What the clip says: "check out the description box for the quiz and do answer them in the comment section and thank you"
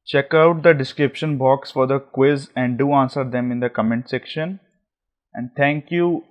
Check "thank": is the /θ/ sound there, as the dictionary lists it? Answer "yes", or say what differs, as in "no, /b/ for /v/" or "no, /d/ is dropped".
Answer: no, /t/ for /θ/